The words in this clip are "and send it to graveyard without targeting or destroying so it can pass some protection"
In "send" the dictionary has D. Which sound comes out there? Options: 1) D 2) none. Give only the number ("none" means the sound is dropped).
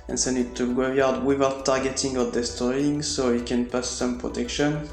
2